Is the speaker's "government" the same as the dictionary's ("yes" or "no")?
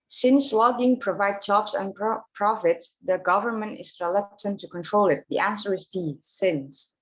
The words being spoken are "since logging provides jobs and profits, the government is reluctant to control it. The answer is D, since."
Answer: yes